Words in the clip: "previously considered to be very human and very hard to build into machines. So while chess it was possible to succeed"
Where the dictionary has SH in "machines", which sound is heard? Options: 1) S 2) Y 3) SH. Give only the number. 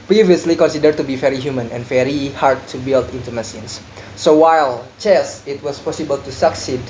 1